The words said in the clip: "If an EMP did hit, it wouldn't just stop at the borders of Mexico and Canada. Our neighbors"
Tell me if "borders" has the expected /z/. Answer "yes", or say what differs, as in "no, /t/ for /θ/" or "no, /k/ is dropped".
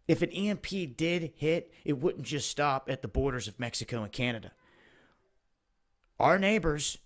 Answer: yes